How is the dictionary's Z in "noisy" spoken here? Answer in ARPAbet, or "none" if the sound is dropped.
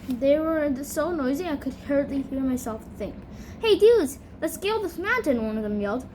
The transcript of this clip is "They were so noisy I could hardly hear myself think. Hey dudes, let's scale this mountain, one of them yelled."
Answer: Z